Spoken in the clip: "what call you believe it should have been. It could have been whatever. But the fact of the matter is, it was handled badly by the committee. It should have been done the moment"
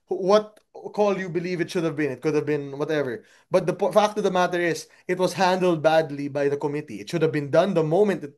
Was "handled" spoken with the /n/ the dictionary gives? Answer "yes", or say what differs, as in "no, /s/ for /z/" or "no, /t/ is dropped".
yes